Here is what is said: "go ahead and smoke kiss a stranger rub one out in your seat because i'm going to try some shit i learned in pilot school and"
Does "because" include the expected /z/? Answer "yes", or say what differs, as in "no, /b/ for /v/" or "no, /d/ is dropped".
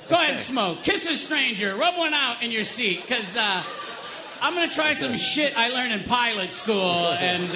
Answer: no, /z/ is dropped